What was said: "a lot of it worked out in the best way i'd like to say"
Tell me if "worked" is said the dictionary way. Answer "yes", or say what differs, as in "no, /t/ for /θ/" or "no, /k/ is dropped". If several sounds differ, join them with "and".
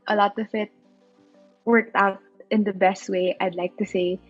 yes